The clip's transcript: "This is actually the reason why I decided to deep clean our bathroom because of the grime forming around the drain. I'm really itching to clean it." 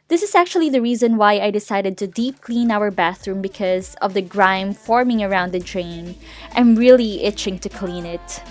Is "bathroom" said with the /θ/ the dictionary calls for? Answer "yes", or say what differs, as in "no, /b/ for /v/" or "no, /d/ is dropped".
yes